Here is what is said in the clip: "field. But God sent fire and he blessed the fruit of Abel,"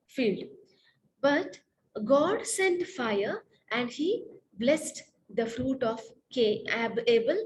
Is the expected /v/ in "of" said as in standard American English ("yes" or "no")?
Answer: no